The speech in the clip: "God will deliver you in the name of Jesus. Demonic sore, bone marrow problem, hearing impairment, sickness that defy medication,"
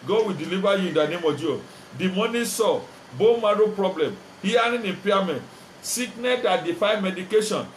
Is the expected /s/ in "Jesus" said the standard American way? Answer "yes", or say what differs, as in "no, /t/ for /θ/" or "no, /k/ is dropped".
no, /s/ is dropped